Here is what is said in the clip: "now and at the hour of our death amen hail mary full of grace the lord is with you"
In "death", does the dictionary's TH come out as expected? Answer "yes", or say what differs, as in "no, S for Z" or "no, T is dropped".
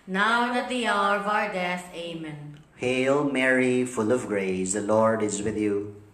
no, S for TH